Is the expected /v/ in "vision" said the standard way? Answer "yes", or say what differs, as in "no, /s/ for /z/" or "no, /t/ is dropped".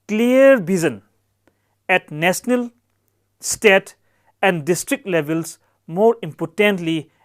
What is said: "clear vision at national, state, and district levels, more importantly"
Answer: no, /b/ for /v/